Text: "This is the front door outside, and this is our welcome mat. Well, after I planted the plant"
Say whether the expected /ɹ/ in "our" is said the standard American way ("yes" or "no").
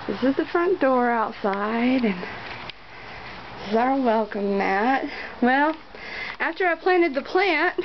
yes